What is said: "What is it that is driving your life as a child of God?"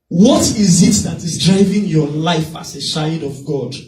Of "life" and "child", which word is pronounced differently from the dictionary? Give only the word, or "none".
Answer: child